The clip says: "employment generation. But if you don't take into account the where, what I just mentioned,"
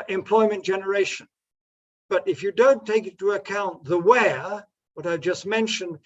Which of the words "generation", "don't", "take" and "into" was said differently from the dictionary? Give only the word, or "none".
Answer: into